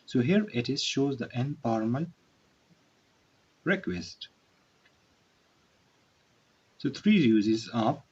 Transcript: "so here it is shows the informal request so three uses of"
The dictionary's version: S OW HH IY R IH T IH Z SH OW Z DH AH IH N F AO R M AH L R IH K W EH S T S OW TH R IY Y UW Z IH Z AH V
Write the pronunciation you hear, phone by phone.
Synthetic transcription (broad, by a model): S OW HH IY R IH T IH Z SH OW Z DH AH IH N P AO R M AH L R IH K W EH S T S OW T R IY Y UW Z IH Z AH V